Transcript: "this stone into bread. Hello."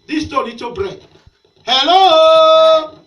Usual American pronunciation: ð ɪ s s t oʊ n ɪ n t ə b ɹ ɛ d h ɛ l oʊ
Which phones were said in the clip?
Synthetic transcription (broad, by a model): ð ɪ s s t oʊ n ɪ t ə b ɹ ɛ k h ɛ l oʊ